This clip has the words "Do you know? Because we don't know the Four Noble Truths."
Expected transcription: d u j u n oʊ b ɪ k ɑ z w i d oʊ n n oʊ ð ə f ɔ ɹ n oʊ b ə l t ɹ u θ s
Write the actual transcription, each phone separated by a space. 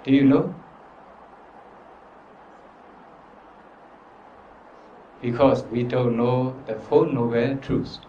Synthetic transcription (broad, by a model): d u j u n oʊ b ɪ k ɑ s w i d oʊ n n oʊ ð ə f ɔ n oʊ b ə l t ɹ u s